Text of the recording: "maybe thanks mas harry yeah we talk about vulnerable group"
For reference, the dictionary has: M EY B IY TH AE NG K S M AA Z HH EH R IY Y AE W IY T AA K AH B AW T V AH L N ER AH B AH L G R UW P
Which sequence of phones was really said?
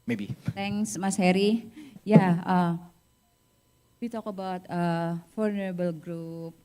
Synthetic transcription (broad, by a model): M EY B IY T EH NG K S M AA S HH EH R IY Y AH W IY T AA K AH B AW T F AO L N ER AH B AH L G R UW P